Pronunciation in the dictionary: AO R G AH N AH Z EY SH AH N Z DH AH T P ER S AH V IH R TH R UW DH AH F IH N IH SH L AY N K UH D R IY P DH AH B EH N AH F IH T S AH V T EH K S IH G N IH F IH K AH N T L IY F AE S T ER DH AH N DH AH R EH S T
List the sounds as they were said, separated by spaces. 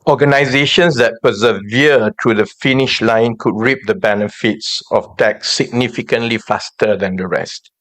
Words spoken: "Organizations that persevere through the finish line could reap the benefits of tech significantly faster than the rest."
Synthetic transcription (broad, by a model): AO G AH N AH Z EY SH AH N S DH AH T P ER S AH V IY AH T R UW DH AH F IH N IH SH L AY N K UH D R IY P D AH B EH N AH F IH T S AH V T EH K S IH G N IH F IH K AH N T L IY F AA S T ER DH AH N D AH R EH S T